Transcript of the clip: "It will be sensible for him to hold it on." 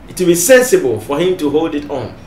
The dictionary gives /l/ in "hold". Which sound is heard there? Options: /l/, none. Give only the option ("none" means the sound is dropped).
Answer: /l/